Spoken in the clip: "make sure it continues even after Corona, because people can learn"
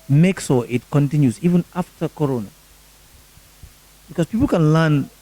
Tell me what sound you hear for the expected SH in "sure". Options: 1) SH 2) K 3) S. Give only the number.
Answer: 3